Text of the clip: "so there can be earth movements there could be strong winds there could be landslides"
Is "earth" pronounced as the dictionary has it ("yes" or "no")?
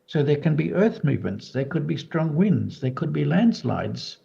yes